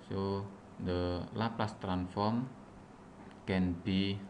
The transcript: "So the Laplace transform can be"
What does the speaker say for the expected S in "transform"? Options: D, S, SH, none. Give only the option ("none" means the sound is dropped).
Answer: none